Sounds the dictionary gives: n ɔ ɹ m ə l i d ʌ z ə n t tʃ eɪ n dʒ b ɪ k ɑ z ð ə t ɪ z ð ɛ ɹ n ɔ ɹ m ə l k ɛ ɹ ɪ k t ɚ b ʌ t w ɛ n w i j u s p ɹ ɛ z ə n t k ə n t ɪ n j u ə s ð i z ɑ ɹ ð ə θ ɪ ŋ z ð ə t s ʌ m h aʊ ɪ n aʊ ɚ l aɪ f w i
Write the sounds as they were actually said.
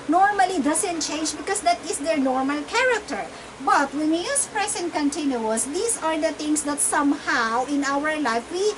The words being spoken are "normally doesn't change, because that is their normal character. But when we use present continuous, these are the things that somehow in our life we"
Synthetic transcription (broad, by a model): n ɔ ɹ m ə l i d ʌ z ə n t tʃ eɪ n dʒ b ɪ k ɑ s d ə t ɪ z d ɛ ɹ n ɔ ɹ m ə l k ɛ ɹ ɪ k t ɚ b ʌ t w ɛ n w i j u s p ɹ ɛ s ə n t k ə n t ɪ n j u ə s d i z ɑ ɹ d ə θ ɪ ŋ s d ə t s ʌ m h aʊ ɪ n aʊ ɚ l aɪ f w i